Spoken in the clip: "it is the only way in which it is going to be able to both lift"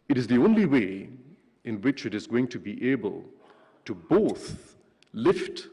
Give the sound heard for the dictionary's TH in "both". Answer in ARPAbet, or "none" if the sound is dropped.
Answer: TH